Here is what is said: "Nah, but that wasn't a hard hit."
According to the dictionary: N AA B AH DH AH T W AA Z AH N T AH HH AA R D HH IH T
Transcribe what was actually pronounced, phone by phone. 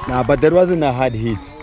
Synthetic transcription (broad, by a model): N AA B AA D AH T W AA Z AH N AH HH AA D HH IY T